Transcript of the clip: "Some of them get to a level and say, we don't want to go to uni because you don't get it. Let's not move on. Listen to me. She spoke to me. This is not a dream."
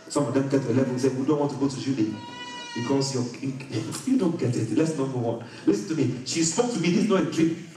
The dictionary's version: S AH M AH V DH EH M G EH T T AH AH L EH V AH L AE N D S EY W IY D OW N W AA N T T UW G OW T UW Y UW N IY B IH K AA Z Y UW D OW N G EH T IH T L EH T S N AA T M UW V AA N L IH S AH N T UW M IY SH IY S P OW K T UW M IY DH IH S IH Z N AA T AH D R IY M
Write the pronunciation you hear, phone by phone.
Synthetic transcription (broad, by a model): S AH M AH V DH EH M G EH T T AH AH L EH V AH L S EY W IY D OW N W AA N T T UW G OW T UW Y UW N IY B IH K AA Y Y UW D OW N G EH T IH T L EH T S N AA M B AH W AA N L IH S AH N T UW M IY SH IY S P OW K T UW M IY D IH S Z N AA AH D R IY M